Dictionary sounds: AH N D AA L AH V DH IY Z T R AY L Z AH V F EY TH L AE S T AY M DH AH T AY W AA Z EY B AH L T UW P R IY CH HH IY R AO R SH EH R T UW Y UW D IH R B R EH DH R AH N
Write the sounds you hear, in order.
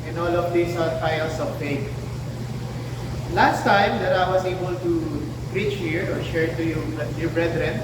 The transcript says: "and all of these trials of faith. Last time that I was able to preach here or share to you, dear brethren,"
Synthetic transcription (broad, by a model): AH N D AA L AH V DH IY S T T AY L S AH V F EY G L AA S T AY M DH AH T AY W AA S EY B AH L T UW P R IY CH HH IY R AO R SH EH R T UW Y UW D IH R B R EH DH R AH N